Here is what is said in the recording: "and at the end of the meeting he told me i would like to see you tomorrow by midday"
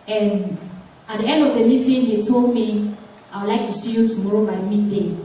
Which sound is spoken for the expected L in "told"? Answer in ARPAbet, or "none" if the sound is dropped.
L